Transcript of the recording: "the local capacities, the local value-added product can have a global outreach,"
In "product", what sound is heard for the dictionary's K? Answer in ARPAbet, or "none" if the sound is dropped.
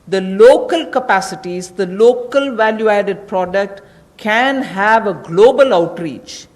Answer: K